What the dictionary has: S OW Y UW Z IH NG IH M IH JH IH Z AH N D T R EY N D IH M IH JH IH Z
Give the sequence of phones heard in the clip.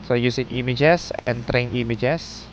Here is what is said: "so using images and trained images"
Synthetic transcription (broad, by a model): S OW Y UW S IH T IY M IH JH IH S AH N T R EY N IY M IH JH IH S